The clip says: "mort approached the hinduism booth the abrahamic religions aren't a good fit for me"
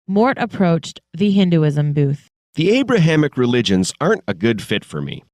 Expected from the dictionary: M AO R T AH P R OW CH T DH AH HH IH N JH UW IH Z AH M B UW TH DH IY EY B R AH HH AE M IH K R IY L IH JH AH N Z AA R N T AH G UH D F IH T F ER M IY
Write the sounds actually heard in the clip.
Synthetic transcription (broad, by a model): M AO R T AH P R OW CH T DH AH HH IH N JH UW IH Z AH M B UW TH DH IY EY B R AH HH AE M IH K R IY L IH JH AH N Z AA R N T AH G UH D F IH T F ER M IY